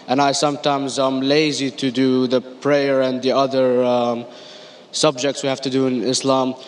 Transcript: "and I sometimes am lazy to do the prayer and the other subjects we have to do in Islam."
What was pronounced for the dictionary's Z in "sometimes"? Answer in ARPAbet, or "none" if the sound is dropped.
Z